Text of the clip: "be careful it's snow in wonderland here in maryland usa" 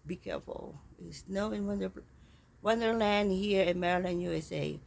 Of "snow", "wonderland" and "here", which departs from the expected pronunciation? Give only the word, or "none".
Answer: wonderland